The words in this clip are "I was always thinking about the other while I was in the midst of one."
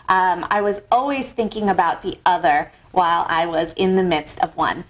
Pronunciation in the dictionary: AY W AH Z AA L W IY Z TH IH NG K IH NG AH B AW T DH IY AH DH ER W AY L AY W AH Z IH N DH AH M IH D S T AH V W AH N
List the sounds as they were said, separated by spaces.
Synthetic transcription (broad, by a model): AY W AH Z AA L W IY Z TH IH NG K IH NG AH B AW T DH IY AH DH ER W AY L AY W AH Z IH N DH AH M IH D S T AH V W AH N